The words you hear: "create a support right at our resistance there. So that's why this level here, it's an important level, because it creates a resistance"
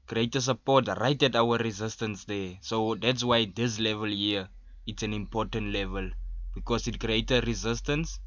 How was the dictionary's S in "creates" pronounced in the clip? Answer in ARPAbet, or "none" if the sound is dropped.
none